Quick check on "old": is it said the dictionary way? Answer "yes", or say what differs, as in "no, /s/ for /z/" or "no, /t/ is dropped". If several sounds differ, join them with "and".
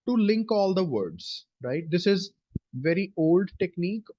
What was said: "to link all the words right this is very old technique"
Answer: yes